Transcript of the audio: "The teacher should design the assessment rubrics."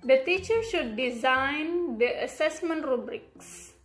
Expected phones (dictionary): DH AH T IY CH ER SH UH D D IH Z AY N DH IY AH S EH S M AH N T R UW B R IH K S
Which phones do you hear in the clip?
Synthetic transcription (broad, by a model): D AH T IY CH ER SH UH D D IH Z AY N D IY AH S EH S M AH N T R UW B R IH K S